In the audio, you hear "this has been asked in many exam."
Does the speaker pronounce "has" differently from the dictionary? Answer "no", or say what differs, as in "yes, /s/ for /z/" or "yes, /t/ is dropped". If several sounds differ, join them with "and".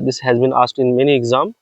no